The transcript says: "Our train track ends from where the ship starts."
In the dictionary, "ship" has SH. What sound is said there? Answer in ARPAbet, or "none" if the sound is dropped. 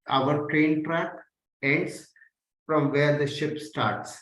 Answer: SH